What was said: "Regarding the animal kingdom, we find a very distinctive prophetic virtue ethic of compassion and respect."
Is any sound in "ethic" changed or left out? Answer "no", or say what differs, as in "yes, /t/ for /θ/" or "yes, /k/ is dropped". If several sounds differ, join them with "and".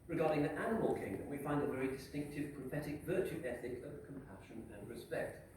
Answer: no